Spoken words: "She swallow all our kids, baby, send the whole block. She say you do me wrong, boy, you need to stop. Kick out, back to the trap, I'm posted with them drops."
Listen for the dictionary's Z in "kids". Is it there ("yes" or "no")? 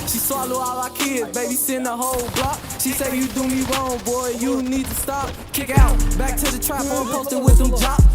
no